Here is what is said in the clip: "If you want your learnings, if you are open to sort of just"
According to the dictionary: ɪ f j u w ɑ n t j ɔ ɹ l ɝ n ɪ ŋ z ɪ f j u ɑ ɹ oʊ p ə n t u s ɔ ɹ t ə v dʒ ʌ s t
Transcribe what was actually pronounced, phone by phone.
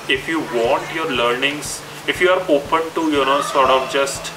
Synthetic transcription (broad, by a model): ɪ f j u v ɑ n t j ɔ ɹ l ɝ n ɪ ŋ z ɪ f j u ɑ ɹ oʊ p ə n t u s ɔ ɹ t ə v dʒ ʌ s t